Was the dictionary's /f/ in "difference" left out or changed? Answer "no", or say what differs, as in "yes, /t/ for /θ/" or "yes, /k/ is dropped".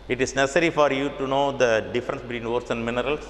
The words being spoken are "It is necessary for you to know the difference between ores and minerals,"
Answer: no